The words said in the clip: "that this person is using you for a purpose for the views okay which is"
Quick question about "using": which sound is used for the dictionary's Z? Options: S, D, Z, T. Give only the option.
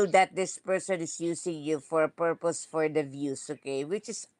S